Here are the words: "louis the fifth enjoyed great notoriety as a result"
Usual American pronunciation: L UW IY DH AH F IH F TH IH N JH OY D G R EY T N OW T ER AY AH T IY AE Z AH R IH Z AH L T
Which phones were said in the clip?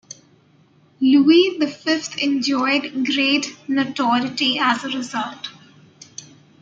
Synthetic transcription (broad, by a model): L UW IY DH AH F IH F T IH N JH OY D G R EY T N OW T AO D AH T IY AE Z AH R IH Z AH L T